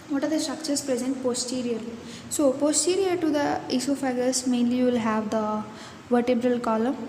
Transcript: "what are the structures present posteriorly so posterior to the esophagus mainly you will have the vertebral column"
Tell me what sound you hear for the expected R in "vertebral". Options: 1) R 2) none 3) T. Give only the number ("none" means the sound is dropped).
1